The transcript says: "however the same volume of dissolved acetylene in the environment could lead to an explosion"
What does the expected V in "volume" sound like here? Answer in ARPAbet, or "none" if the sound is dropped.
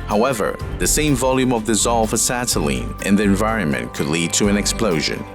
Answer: V